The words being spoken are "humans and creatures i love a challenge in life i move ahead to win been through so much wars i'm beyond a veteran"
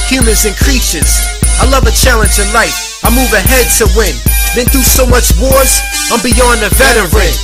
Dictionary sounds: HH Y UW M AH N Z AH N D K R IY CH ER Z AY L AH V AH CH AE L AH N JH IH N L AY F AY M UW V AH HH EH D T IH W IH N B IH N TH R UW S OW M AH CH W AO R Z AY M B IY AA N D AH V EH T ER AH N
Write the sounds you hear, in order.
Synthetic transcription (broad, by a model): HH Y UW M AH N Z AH N K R IY SH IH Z AY L AH V AH CH AE L AH N JH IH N L AY F AY M UW V AH HH EH D T IH W IH N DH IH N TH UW S OW M AH CH W AO R Z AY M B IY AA N AH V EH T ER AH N